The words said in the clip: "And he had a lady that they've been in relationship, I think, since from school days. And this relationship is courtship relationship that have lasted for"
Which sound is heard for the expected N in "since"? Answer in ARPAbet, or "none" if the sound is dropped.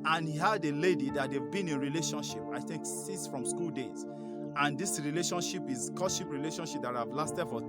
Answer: none